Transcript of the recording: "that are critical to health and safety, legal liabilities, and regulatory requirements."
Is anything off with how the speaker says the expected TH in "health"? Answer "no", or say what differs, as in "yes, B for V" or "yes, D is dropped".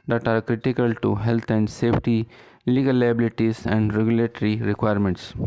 yes, T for TH